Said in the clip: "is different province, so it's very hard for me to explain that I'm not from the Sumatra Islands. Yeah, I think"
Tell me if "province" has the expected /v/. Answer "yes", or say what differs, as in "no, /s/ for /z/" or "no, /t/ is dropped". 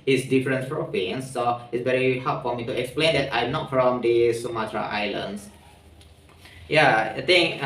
no, /p/ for /v/